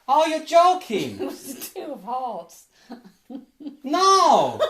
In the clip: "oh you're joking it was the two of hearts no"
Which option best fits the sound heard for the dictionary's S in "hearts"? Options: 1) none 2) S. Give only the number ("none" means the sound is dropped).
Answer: 1